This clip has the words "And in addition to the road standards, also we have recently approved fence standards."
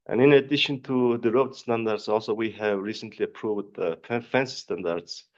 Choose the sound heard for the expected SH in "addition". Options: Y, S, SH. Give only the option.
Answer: SH